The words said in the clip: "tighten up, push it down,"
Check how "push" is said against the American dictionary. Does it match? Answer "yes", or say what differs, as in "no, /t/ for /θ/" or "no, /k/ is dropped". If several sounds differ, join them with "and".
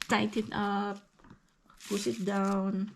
no, /s/ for /ʃ/